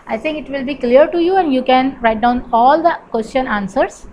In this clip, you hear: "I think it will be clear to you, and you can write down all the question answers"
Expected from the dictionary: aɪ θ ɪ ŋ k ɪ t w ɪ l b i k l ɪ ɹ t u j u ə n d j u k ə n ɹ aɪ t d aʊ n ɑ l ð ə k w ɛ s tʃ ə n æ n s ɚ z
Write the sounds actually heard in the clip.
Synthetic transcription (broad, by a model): aɪ t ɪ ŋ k ɪ t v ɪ l b i k l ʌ ɹ t u j u ə n d j u k ə n ɹ aɪ t d aʊ n ɑ l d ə k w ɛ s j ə n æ n s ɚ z